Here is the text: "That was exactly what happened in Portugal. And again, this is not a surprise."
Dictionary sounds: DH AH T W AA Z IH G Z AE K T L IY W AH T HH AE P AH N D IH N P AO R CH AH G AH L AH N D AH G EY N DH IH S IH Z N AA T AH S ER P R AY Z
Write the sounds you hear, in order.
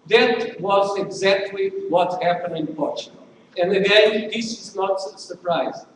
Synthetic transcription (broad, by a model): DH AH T W AA Z IH G Z AE K T L IY W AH T HH AE P AH N D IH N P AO R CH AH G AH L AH N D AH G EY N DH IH S IH Z N AA T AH S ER P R AY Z